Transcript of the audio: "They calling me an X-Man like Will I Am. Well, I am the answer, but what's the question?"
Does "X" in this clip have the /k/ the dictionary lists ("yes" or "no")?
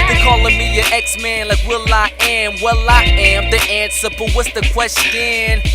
yes